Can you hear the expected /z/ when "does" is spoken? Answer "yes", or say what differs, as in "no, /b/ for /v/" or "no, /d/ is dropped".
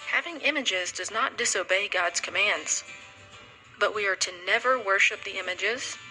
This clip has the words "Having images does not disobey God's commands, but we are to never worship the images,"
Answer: yes